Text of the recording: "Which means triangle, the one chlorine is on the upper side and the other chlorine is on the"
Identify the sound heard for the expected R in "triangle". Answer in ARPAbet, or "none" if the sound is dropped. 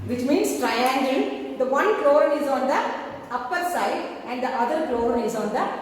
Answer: R